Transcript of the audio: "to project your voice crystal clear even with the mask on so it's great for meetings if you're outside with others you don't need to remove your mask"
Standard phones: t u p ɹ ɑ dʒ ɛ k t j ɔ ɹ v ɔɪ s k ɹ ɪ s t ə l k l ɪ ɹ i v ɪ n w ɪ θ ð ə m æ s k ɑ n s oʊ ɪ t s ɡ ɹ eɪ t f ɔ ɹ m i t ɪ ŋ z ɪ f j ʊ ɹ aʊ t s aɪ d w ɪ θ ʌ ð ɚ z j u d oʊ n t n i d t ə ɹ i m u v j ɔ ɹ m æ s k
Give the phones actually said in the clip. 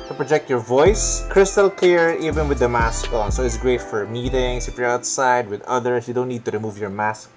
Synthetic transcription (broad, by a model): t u p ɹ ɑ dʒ ɛ k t j ɔ ɹ v ɔɪ s k ɹ ɪ s t ə l k l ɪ ɹ i v ɪ n w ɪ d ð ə m æ s k ɑ n s oʊ ɪ t s ɡ ɹ eɪ t f ɔ ɹ m i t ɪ ŋ s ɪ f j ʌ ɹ aʊ t s aɪ d w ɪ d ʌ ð ɚ s j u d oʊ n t n i d t ə ɹ i m u v j ɔ ɹ m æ s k